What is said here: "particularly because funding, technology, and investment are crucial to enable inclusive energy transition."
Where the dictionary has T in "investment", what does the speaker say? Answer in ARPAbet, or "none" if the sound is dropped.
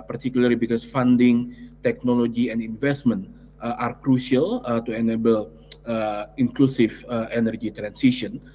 T